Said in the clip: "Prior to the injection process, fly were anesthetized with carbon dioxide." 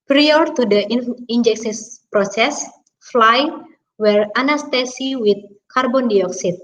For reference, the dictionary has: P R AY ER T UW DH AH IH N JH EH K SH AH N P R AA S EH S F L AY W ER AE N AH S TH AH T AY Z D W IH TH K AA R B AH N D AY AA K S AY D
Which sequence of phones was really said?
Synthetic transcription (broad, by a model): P R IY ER T UW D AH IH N JH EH K S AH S P R AA S EH S F L AY W ER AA N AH S T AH S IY W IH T K AA R B AH N D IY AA K S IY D